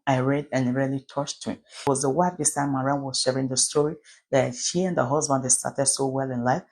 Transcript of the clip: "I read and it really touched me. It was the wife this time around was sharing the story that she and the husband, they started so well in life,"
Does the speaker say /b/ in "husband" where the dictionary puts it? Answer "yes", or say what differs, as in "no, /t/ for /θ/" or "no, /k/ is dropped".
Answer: yes